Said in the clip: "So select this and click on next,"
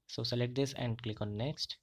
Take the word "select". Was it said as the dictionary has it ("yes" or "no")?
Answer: no